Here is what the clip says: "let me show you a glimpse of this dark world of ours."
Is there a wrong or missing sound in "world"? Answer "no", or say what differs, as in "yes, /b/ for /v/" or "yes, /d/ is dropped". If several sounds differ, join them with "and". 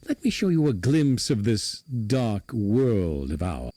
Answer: no